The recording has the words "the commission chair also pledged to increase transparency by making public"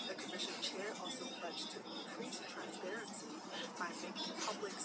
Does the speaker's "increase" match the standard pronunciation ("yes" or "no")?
no